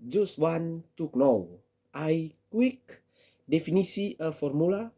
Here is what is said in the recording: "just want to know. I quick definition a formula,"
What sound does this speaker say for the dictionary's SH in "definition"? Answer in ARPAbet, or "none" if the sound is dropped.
S